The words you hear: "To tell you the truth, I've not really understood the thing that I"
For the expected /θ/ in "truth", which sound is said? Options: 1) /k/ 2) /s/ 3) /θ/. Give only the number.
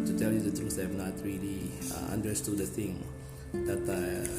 2